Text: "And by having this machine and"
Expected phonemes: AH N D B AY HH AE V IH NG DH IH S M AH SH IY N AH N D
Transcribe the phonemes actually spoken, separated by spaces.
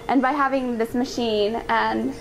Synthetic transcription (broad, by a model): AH N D B AY HH AE V IH NG DH IH S M AH SH IY N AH N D